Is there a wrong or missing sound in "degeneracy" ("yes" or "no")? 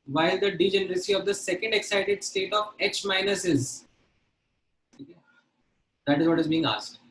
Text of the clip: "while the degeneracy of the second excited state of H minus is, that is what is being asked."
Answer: no